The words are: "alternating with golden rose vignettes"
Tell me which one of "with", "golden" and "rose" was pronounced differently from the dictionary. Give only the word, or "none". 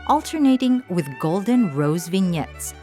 none